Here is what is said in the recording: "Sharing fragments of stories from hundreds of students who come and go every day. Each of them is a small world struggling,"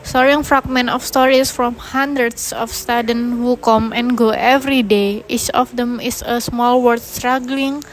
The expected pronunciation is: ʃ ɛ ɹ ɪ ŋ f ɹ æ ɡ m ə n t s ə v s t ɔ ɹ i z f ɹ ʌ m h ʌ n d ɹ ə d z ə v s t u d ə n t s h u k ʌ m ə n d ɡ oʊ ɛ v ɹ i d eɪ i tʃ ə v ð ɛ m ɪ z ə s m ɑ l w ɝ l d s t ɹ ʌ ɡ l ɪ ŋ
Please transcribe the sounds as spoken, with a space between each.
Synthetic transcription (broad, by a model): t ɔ ɹ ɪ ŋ f ɹ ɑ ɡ m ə n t ə f s t ɔ ɹ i s f ɹ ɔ m h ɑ n d ɹ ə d s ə f s t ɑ d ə n h u k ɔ m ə n ɡ oʊ ɛ v ɹ i d eɪ i tʃ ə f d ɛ m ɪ s ə s m ɑ l w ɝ d s t ɹ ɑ ɡ l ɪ ŋ